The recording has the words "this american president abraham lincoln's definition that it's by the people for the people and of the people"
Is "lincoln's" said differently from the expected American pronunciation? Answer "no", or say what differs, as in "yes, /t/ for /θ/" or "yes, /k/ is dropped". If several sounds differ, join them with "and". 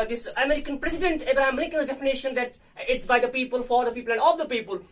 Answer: yes, /ŋ/ is dropped